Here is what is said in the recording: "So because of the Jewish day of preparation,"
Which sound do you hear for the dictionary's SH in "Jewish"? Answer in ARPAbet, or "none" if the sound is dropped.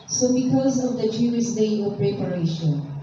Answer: S